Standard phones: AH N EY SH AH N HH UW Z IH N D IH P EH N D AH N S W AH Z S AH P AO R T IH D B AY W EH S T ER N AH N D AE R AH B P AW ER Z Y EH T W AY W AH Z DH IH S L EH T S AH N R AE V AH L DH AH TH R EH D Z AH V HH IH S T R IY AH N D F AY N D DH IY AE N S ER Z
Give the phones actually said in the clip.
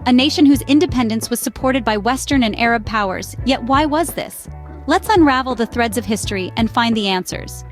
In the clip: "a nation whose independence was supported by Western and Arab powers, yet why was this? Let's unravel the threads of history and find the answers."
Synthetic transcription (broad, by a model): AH N EY SH AH N HH UW Z IH N D IH P EH N D AH N S W AH Z S AH P AO R T IH D B AY W EH S T ER N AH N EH R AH B P AW ER Z Y EH T W AY W AH Z DH IH S L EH T S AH N R AE V L DH AH TH R EH D Z AH V HH IH S T R IY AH N F AY N DH IY AE N S ER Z